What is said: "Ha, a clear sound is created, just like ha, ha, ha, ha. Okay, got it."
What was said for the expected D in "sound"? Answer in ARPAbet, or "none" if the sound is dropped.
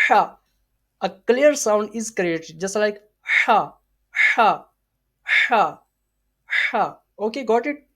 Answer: D